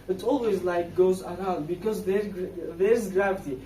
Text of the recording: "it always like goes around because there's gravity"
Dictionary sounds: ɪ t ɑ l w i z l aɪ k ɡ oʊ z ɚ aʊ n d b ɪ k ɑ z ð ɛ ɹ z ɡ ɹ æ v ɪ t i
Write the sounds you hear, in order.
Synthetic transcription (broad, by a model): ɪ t ɑ l w i z l aɪ k ɡ oʊ z ɚ aʊ n d b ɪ k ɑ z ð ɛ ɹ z ɡ ɹ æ v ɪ t i